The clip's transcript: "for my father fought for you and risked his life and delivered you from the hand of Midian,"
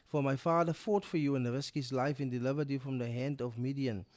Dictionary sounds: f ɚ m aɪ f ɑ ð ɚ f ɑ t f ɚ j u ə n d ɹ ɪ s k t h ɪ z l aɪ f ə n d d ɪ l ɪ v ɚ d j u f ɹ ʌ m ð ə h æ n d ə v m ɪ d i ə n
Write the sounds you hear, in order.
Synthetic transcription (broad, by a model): f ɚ m aɪ f ɑ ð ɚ f ɑ t f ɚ j u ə n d ɹ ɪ s k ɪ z l aɪ f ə n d d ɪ l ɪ v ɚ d j u f ɹ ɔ m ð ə h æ n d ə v m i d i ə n